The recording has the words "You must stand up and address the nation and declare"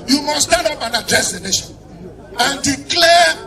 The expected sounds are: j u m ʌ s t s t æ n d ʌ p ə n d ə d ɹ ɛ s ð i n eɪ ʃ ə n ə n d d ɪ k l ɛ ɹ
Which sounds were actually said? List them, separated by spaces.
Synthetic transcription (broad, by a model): j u m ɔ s s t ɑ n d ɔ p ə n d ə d ɛ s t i n eɪ ʃ ə n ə n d d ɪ k l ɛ